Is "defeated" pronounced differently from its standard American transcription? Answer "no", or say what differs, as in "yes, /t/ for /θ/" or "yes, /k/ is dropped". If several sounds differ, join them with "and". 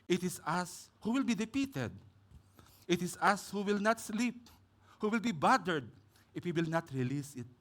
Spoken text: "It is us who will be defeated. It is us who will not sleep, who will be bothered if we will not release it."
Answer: yes, /p/ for /f/